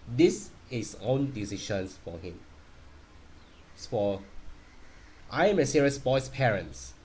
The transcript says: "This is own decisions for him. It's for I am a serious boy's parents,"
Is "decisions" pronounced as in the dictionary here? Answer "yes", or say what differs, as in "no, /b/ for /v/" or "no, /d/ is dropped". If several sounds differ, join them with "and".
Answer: no, /ʃ/ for /ʒ/ and /s/ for /z/